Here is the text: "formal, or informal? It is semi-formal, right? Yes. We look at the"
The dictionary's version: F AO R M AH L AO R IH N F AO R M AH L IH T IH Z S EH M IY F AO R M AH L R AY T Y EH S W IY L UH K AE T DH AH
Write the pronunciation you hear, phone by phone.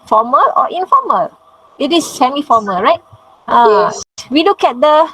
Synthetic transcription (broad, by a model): F AO M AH L AO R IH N F AO M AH L IH T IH S EH M IY F AO M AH L R AY T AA W IY L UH K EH T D AH